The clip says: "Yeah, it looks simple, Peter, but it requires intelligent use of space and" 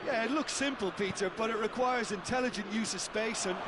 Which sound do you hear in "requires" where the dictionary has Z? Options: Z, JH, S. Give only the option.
Z